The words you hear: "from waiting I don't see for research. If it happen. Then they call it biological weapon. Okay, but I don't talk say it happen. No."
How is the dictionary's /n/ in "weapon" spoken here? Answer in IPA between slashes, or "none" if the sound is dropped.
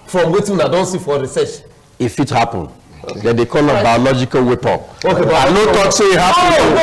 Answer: none